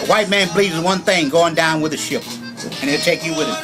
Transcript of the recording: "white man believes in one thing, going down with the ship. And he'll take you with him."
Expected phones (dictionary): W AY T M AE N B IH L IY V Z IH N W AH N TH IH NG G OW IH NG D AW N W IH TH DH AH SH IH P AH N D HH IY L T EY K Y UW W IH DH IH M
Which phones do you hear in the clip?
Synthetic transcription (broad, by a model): W AY T M AE N B L IY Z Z W AH N TH IH NG G OW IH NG D AW N W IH DH AH SH IH P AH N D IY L T EY K Y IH W IH DH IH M